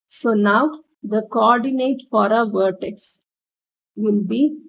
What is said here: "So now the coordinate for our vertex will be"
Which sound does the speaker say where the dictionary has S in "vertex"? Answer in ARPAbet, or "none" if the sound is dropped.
S